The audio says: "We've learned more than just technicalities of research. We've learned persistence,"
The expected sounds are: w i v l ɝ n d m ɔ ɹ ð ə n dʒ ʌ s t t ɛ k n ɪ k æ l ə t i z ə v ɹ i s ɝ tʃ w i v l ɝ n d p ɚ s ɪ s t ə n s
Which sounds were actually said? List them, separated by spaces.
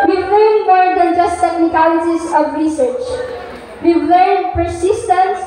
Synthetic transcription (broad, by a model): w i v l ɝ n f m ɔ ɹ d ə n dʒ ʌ s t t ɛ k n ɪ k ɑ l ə s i s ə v ɹ i s ɝ tʃ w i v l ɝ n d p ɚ s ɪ s t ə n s